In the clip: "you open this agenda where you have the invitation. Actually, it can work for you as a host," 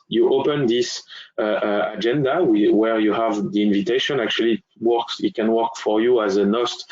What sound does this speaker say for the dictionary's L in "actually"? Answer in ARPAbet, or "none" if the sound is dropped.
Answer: W